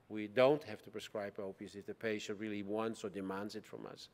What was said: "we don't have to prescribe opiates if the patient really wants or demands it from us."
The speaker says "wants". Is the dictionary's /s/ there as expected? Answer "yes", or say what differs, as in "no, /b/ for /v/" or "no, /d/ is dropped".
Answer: yes